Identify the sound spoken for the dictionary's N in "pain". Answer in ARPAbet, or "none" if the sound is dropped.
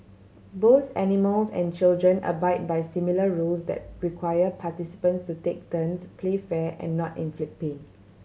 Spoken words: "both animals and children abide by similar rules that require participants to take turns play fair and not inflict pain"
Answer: none